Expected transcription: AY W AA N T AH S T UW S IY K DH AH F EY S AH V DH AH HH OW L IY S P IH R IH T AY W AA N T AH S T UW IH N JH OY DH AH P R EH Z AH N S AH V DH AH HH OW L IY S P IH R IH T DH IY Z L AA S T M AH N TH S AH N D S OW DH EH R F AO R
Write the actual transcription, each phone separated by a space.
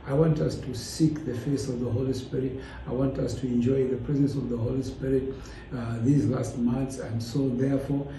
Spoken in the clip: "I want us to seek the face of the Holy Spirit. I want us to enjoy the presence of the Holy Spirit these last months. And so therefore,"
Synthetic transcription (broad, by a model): AY W AA N T AH S T UW S IY K DH AH F EY S AH V DH AH HH OW L IY S P IH R IH T AY W AA N T AH S T UW IH N JH OY DH AH P R EH Z AH N S AH V DH AH HH OW L IY S P IH R IH T DH IY Z L AA S T M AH N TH S AH N D S OW DH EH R F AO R